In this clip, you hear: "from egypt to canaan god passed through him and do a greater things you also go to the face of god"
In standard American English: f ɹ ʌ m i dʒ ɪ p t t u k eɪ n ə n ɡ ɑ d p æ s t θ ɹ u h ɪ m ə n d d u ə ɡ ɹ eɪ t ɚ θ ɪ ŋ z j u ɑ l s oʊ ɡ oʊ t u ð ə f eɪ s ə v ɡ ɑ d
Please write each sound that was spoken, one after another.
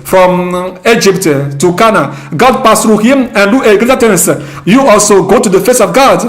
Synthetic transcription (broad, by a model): f ɹ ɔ m i dʒ ɪ p t t u k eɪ n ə ɡ ɑ d p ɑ s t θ ɹ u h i m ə n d d u ə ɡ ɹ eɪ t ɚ t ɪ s j u ɑ l s oʊ ɡ oʊ t u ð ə f eɪ s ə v ɡ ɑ d